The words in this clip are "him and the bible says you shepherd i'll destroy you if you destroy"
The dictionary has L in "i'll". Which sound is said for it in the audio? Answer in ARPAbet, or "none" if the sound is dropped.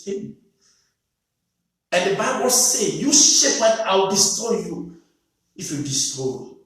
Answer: W